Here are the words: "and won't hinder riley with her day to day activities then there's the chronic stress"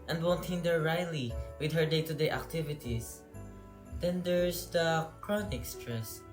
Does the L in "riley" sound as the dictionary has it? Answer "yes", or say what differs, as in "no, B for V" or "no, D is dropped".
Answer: yes